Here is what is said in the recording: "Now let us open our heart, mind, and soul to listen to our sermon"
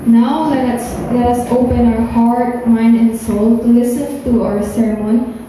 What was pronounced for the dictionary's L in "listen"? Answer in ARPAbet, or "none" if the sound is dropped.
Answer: L